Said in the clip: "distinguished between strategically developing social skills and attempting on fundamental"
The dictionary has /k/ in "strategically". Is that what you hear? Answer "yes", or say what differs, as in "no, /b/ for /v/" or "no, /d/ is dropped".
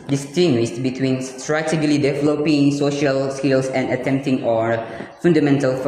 no, /k/ is dropped